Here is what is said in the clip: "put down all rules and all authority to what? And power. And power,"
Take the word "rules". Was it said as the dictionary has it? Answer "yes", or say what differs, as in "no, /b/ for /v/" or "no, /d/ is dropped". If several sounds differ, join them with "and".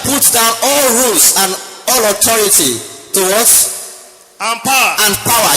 no, /s/ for /z/